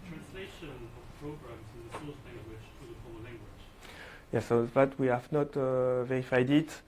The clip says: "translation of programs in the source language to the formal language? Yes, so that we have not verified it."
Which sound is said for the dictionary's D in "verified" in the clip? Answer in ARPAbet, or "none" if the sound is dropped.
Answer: D